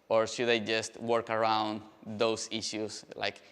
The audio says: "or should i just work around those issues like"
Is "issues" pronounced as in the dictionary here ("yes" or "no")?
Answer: no